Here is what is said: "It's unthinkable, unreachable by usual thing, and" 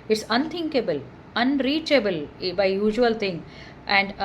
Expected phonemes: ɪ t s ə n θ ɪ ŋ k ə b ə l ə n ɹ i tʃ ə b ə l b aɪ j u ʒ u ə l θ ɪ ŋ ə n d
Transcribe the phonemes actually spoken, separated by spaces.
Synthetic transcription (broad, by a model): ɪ t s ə n t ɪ ŋ k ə b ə l ə n ɹ i tʃ ə b ə l b aɪ j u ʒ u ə l t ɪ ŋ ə n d